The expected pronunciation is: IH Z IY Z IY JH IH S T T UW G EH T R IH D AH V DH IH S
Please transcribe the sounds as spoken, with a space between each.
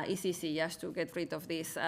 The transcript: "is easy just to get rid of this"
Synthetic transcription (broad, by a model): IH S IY S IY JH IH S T T UW G EH T R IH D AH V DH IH S